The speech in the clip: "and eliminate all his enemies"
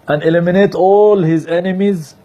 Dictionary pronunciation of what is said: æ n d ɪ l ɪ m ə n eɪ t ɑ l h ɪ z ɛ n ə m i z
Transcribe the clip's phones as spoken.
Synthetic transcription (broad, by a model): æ n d ɪ l ɪ m ə n eɪ t ɑ l h ɪ z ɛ n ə m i z